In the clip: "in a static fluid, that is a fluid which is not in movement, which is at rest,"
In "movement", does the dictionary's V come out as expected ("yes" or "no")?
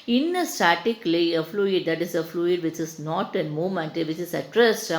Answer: no